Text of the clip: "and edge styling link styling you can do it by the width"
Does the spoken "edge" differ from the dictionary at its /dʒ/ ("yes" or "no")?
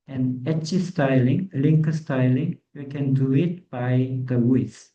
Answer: yes